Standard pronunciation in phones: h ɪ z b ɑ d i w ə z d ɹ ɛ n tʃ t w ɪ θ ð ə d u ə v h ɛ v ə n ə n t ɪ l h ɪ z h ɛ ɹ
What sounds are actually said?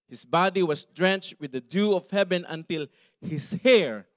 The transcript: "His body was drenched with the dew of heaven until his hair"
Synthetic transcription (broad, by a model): h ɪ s b ɑ d i w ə s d ɹ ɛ n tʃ t w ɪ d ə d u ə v h ɛ v ə n ə n t ɪ l h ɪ s h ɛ ɹ